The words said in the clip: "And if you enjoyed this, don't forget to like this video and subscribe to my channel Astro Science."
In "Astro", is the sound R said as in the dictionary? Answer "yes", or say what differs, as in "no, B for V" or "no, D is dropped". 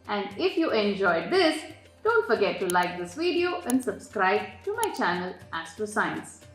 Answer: no, R is dropped